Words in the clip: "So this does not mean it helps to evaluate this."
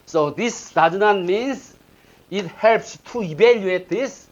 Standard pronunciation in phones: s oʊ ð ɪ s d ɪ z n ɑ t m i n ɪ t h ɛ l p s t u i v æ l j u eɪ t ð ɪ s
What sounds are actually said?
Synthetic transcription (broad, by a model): s oʊ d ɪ s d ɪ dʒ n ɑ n m i n ɪ t h ɛ l p s t u i b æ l j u eɪ t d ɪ s